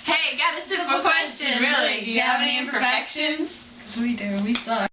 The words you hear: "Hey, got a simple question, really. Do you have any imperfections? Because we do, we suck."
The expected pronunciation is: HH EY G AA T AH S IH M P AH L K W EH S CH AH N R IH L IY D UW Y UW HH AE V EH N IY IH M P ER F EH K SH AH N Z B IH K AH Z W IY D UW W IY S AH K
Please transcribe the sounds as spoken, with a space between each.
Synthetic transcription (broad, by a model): HH EY G AA T AH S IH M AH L K W EH S CH AH N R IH IY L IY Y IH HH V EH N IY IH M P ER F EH K SH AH N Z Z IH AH W IY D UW W IY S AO